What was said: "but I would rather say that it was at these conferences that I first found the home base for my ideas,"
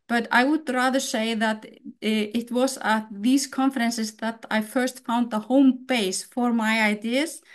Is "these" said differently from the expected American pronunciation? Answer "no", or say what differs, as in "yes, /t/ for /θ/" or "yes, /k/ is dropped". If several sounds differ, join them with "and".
yes, /s/ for /z/